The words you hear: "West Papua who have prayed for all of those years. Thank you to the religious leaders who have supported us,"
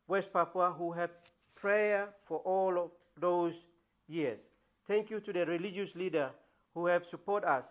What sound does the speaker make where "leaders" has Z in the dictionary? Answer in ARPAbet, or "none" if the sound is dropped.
none